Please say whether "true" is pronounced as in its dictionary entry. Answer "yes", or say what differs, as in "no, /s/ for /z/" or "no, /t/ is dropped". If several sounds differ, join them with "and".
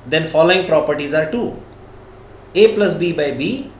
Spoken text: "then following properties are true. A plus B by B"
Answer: no, /ɹ/ is dropped